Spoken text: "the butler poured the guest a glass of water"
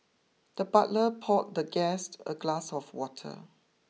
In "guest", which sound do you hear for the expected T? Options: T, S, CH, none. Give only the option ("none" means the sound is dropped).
T